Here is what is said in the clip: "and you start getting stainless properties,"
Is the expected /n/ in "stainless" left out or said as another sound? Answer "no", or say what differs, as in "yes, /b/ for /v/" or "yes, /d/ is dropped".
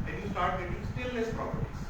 yes, /n/ is dropped